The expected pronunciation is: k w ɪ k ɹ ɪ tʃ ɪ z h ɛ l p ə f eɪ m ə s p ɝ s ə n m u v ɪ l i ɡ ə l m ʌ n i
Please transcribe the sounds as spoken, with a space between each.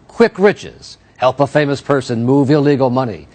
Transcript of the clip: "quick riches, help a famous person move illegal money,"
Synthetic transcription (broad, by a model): k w ɪ k ɹ ɪ tʃ ɪ z h ɛ l p ə f eɪ m ə s p ɝ s ə n m u v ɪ l i ɡ l m ʌ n i